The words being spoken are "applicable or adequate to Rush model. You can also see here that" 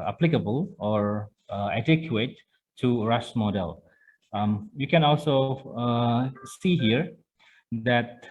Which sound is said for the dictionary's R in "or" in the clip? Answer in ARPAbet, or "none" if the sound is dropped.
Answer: R